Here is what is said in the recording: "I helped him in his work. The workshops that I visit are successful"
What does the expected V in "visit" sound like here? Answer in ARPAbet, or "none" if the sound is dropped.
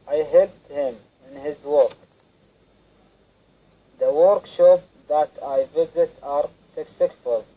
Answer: V